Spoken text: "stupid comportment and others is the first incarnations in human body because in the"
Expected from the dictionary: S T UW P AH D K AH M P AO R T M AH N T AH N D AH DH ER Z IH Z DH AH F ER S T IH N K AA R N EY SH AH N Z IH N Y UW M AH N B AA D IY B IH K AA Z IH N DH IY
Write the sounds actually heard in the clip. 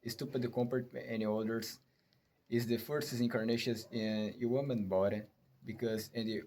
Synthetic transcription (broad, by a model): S T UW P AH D K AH M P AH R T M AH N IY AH L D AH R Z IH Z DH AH F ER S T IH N K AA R N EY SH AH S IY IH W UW M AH N B AA D IY B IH K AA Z IH N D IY